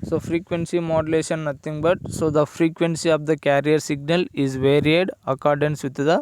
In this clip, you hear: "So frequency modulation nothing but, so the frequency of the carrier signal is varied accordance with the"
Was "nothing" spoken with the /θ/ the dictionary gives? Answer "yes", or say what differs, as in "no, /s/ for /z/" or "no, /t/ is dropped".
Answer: no, /t/ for /θ/